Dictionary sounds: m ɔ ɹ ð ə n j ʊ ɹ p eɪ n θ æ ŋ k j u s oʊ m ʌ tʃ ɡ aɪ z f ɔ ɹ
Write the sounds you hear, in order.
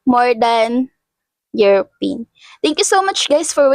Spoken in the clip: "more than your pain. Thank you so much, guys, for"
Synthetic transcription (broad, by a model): m ɔ ɹ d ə n j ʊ ɹ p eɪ n t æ ŋ k j u s oʊ m ʌ tʃ ɡ aɪ s f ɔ ɹ